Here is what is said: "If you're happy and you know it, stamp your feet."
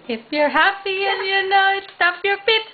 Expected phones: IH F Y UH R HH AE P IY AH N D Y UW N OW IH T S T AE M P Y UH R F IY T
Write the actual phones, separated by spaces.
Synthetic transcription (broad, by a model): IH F Y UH R HH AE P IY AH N Y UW N OW IH T S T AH P Y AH R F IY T